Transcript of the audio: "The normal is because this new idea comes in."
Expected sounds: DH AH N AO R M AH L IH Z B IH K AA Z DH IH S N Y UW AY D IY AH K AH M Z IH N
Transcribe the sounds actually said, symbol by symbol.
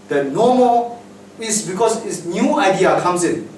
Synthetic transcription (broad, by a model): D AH N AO M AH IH S B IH K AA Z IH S N Y UW AY D IY AH K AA M S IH N